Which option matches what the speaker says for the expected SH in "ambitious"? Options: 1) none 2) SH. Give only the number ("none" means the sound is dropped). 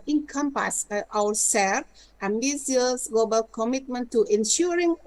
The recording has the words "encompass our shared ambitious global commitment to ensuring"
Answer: 1